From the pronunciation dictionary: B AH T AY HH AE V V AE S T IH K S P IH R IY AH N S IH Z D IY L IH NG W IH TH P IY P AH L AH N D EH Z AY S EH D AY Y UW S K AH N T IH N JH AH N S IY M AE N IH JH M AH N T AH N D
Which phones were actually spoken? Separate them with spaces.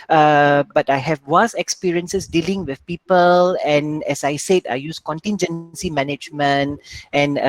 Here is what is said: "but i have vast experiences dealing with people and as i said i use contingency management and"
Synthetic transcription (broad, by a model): B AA T AY HH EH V W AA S IH K S P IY R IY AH N S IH S D IY L IH NG W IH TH P IY P AH L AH N EH S AY S EH D AY Y UW S K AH N T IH N JH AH N S IY M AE N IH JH M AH N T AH N